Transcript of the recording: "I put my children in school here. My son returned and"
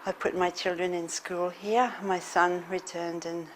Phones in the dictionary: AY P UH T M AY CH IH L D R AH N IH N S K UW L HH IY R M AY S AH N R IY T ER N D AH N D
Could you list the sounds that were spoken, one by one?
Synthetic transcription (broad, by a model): AY P UH T M AY CH IH L D R AH N IH N S K UW L HH IY R M AY S AH N R IY T ER N D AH N